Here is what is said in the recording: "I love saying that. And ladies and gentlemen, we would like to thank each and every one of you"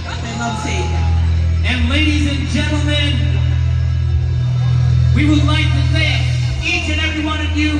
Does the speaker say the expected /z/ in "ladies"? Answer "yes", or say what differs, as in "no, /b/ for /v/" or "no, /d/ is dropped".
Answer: yes